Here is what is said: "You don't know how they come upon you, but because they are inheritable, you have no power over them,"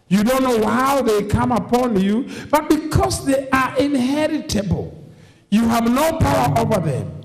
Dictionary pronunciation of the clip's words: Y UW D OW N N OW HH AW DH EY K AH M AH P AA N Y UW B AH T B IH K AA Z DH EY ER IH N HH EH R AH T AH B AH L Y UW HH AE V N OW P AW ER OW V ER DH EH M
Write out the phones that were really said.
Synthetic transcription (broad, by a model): Y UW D OW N N OW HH AW DH EY K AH M AH P AA N Y UW B AH T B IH K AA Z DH EY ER IH N HH EH R AH T AH B AH L Y UW HH AE V N OW P AW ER OW V ER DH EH M